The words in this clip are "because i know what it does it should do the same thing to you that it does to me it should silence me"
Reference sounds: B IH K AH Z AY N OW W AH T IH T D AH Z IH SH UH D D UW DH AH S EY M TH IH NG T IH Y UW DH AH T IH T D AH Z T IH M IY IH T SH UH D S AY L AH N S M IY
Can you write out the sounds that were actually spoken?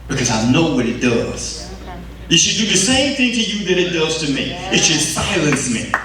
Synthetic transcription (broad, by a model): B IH K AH Z AY N OW W AH T IH T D AH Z IH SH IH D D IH DH AH S EY M TH IH NG T IH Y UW DH AH T IH T D AH Z T IH M IY IH T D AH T S AY L AH N S M IY